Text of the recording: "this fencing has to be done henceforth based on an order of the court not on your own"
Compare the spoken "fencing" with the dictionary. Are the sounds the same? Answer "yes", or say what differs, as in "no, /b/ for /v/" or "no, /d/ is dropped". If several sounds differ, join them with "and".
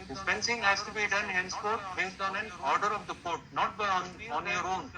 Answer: no, /p/ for /f/